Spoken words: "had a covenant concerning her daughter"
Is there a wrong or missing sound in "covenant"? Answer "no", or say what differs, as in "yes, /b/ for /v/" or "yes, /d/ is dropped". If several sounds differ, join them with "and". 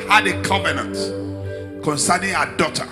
no